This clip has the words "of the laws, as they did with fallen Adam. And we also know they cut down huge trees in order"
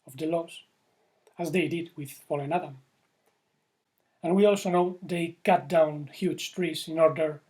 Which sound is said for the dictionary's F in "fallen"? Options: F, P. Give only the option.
P